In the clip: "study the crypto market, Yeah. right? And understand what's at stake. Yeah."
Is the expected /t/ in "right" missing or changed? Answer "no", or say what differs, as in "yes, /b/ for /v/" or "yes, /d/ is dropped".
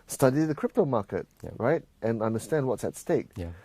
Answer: no